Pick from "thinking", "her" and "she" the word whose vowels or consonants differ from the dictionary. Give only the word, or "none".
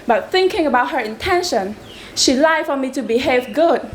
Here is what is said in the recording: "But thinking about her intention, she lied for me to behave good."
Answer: none